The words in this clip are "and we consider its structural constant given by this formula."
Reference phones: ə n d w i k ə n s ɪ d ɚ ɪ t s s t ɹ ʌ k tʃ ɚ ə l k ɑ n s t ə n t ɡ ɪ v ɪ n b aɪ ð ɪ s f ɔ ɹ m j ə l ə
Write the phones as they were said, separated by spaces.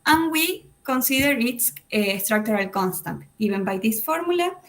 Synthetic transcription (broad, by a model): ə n w i k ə n s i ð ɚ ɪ t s s t ɹ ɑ k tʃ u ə l k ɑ n s t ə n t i b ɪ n b aɪ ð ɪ s f ɔ ɹ m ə l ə